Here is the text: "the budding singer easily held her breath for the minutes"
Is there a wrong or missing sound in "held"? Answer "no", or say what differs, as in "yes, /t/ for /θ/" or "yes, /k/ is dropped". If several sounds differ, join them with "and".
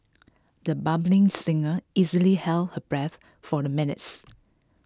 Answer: no